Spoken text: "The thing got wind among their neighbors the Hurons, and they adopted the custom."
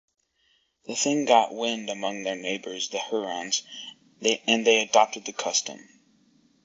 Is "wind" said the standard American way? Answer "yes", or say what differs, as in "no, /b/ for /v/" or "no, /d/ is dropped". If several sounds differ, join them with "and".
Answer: yes